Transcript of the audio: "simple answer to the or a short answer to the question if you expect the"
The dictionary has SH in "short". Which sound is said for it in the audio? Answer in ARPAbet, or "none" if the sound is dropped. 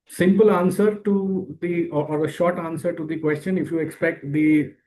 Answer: SH